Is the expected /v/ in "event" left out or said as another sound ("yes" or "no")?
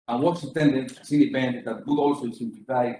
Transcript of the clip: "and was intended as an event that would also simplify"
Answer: yes